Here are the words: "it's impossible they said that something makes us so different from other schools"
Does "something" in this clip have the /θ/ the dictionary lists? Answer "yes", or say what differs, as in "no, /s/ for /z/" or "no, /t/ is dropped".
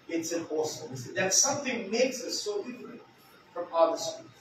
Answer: yes